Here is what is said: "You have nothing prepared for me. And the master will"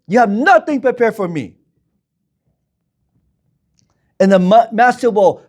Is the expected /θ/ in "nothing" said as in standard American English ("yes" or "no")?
yes